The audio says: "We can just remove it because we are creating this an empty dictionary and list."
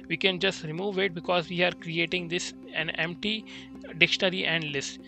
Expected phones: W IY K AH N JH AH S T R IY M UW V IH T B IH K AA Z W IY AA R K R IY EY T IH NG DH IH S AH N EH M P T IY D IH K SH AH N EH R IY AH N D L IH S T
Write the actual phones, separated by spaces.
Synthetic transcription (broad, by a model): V IY K AH N JH AH S T R IY M UW V IH T B IH K AA Z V IY AA R K R IY EY T IH NG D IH S AH N EH M P T IY D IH K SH AH N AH R IY AH N D L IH S T